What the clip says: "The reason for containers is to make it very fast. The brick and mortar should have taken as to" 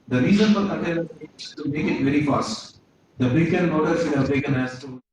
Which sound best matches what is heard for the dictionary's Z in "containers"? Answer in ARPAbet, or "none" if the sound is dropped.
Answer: none